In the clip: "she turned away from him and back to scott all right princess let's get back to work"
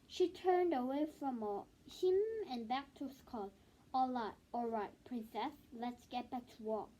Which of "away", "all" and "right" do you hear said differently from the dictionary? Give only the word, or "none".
none